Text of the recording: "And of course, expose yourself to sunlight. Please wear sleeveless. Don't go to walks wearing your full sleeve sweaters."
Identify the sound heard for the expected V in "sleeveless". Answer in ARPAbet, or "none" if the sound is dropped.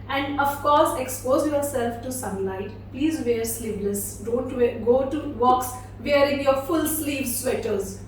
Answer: P